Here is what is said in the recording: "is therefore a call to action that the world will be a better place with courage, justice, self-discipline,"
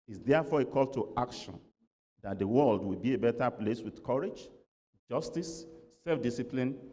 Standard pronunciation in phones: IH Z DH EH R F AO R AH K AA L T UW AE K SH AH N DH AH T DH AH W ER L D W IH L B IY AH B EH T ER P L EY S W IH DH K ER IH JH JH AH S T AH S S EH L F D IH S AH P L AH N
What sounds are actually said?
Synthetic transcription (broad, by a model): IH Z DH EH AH F AO AH K AA L T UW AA K SH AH N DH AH T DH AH W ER L D W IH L B IY AH B EH T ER P L EY S W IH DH K ER IH JH JH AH S T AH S S EH L F D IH S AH P L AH N